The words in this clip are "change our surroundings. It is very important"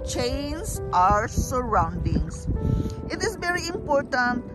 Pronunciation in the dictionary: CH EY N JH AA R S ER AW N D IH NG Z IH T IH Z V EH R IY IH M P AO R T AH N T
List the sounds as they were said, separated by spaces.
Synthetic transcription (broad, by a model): CH EY N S AA R S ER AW N D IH NG S IH T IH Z V EH R IY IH M P AO R T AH N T